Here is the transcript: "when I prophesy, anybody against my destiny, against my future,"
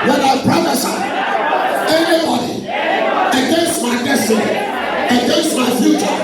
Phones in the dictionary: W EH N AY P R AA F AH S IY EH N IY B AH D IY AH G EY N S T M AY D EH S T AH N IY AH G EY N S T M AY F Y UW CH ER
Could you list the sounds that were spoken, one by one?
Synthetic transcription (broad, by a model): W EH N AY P R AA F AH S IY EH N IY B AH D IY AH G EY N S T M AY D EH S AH IY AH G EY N S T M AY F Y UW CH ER